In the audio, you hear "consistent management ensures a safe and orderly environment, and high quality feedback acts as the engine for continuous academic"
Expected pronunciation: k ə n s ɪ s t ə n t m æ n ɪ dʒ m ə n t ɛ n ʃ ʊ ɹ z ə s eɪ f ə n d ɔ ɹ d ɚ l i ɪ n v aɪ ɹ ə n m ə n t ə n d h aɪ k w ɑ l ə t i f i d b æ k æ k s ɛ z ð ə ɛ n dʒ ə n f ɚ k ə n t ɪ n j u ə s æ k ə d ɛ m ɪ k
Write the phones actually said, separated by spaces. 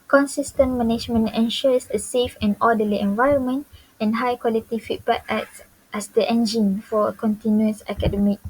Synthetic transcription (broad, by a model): k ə n s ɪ s t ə n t m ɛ n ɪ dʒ m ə n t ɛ n ʃ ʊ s ə s eɪ f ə n ɔ d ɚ l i ɪ n v aɪ ɹ ə n m ə n t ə n h aɪ k w ɑ l ə t i f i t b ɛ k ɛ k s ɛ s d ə ɛ n dʒ ə n f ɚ k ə n t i n j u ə s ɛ k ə d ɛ m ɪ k